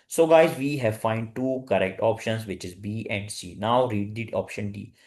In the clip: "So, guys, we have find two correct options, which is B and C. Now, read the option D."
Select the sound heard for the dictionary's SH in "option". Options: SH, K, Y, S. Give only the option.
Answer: SH